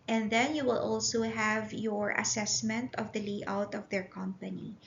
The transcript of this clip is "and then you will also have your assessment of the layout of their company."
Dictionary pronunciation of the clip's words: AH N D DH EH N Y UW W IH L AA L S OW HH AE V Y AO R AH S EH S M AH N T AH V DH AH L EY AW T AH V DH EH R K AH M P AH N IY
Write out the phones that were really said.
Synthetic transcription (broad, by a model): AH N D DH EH N Y UW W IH L AA L S OW HH AE V Y AO R AH S EH S M AH N T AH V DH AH L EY AW T AH V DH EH R K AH M P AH N IY